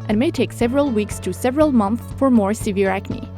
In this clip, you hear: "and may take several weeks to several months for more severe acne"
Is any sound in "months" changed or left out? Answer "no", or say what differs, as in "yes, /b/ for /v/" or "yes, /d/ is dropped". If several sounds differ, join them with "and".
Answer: no